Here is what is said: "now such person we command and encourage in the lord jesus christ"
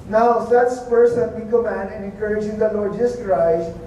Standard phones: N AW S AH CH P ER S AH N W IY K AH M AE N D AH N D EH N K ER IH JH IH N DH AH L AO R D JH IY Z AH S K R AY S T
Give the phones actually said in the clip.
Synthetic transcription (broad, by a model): N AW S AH S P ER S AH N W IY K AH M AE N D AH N EH N K ER IH JH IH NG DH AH L AO R D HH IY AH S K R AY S